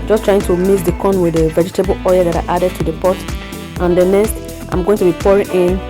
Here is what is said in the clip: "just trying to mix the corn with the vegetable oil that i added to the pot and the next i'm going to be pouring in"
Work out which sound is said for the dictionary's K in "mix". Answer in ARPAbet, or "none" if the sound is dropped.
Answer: none